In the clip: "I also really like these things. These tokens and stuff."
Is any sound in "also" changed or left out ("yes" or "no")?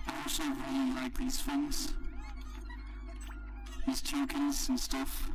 yes